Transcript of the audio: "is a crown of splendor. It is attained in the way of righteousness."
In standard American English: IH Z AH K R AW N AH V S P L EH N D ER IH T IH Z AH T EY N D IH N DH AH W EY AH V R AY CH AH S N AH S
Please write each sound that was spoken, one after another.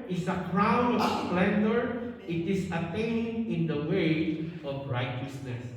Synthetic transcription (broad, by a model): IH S AH K R AW N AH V S P L EH N D ER IH T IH S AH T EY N IH N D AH W EY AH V R AY CH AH S N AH S